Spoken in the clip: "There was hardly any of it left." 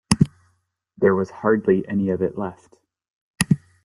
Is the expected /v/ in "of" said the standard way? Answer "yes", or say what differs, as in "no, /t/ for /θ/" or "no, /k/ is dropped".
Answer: yes